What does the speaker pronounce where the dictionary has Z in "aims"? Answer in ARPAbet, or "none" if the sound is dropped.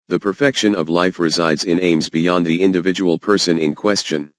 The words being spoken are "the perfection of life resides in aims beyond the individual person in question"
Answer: Z